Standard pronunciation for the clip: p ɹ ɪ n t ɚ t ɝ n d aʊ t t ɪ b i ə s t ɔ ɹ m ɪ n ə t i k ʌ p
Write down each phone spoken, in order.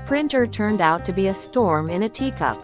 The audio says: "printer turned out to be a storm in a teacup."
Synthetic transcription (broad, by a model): p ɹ ɪ n t ɚ t ɝ n d aʊ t t ɪ b i ə s t ɔ ɹ m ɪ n ə t i k ʌ p